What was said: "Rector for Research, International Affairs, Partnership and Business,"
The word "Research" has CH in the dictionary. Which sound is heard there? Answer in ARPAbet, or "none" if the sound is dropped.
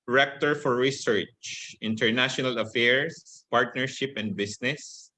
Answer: CH